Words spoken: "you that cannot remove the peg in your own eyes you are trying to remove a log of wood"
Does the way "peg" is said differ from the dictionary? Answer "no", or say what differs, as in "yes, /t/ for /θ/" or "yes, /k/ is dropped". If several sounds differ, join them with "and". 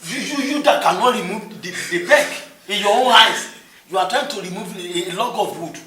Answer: yes, /b/ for /p/